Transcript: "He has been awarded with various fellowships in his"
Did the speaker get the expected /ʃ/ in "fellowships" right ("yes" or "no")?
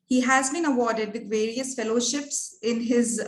yes